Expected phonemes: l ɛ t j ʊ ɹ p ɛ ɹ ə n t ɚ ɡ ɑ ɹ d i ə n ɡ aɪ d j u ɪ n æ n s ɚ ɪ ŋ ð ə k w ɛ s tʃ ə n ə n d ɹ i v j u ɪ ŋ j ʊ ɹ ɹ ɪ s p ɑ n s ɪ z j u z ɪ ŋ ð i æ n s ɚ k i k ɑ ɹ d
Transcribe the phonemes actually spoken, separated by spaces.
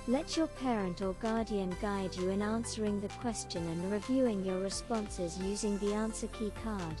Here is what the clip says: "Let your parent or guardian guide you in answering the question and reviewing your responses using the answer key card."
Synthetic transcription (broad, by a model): l ɛ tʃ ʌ ɹ p ɛ ɹ ə n t ɚ ɡ ɑ ɹ d i ə n ɡ aɪ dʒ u ɪ n æ n s ɚ ɪ ŋ ð ə k w ɛ s tʃ ə n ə n ɹ i v j u ɪ ŋ j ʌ ɹ ɹ ɪ s p ɑ n s ɪ z j u z ɪ ŋ ð i æ n s ɚ k i k ɑ ɹ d